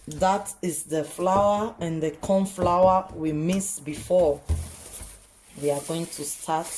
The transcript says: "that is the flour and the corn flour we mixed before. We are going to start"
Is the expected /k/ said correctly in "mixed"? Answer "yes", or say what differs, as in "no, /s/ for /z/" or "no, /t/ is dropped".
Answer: no, /k/ is dropped